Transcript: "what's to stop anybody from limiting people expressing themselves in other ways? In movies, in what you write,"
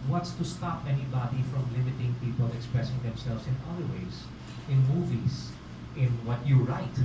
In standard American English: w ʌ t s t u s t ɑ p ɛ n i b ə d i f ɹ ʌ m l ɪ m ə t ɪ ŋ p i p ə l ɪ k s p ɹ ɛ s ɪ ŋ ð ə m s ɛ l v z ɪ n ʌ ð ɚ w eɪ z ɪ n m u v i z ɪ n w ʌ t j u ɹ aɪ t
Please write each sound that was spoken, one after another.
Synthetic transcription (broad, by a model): w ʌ t s t u s t ɑ p ɛ n i b ə d i f ɹ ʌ m l ɪ m ə t ɪ ŋ p i p ə l ɪ k s p ɹ ɛ s ɪ ŋ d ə m s ɛ l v s ɪ n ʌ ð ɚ w eɪ s ɪ n m u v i s ɪ n w ʌ t j u ɹ aɪ t